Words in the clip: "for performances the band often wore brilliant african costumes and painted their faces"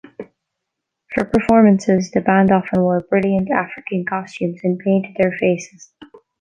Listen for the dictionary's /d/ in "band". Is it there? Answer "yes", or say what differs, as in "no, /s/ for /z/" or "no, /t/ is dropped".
yes